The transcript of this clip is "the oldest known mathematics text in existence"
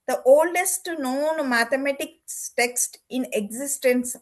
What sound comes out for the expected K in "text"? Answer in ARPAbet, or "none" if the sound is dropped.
K